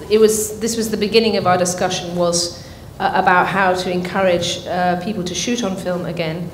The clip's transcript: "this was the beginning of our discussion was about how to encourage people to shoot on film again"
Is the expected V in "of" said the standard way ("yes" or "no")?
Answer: yes